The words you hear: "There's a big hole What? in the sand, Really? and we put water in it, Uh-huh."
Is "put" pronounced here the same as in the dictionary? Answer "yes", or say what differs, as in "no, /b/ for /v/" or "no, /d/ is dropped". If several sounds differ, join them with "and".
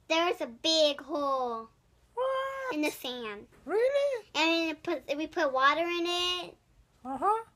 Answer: yes